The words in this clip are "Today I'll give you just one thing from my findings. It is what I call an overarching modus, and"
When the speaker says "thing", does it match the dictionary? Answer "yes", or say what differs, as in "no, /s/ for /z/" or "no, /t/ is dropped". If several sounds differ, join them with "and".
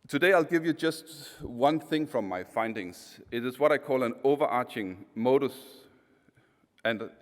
yes